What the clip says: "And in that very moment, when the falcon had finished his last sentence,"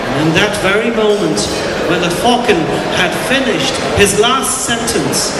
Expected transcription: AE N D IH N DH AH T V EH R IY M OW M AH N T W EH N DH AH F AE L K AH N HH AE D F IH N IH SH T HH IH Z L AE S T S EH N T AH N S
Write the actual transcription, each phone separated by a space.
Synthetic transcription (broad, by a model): IH N DH AH T V EH R IY M OW M AH N T W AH N DH AH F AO K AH N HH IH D F IH N IH SH T HH IH Z L AE S T S EH N T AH N S